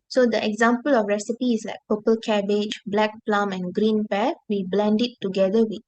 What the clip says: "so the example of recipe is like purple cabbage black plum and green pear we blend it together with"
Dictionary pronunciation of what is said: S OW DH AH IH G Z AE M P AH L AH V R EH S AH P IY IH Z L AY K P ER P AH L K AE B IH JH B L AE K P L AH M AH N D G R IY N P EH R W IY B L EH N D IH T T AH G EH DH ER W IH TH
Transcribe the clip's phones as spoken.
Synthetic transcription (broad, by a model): S OW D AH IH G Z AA M P AH L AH F R EH S AH P IY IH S L AY K P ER P AH L K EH B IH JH B L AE K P L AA M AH N G R IY N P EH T W IY B L EH N D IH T T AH G EH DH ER W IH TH